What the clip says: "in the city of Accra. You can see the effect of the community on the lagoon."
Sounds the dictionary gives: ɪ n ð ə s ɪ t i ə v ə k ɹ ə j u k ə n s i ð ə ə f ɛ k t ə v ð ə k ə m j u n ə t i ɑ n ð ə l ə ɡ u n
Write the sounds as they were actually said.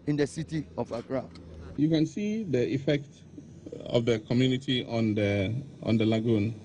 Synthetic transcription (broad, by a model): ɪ n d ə s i t i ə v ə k ɹ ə j u k ə n s i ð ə ə f ɛ k t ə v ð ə k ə m j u n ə t i ɑ n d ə l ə ɡ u n